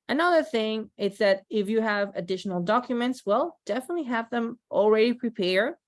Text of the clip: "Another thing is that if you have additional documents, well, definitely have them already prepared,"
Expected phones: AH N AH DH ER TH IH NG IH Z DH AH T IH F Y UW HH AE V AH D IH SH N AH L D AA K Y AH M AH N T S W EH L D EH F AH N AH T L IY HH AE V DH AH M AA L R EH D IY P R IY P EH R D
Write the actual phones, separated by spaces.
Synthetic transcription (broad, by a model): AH N AH DH ER TH IH NG IH Z DH AH T IH F Y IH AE V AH D IH SH N L D AA K Y AH M AH N T S W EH L D EH F AH N AH T L IY HH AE V DH AH M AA L R EH D IY P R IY P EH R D